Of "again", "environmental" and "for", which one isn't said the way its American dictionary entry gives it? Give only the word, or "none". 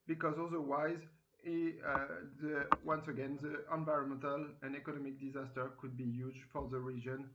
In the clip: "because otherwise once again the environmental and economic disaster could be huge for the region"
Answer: none